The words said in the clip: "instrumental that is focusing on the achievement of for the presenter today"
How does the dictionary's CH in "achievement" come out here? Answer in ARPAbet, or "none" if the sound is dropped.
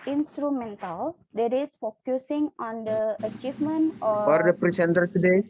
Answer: CH